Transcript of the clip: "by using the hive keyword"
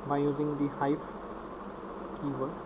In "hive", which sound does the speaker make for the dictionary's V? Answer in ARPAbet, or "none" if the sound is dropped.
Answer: P